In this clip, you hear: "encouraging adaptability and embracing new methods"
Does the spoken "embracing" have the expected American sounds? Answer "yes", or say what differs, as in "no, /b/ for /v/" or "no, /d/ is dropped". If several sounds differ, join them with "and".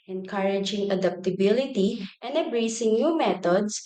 no, /m/ is dropped